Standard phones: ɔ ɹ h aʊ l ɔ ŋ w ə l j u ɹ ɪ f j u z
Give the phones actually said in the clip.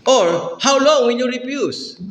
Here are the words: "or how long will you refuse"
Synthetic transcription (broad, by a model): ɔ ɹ h aʊ l ɔ ŋ w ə n j u ɹ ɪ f j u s